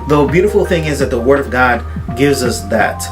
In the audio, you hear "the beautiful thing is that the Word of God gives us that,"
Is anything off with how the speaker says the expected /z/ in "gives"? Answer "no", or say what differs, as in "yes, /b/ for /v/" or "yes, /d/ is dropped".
no